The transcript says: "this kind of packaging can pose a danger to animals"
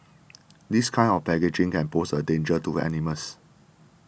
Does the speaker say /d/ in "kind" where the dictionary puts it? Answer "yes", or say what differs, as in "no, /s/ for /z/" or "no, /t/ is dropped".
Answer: no, /d/ is dropped